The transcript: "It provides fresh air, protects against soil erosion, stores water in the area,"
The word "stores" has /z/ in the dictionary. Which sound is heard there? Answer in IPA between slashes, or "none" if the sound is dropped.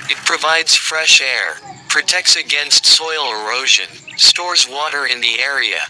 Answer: /z/